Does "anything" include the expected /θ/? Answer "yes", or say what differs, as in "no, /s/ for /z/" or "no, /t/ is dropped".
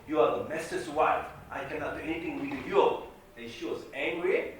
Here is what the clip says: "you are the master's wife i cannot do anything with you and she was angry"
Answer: no, /t/ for /θ/